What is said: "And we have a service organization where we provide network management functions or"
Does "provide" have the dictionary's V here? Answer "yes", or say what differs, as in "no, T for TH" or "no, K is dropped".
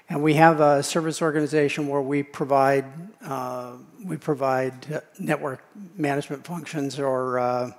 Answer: yes